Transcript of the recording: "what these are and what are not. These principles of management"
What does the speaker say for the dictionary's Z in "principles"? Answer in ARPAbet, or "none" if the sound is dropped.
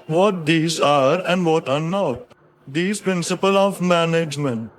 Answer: none